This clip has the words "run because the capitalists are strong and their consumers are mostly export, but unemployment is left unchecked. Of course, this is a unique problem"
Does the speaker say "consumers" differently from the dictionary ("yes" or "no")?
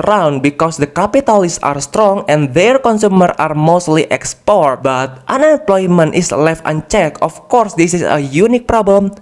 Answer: yes